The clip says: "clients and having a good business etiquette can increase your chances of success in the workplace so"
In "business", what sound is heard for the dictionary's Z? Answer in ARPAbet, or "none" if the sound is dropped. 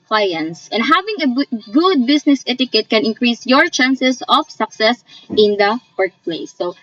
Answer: S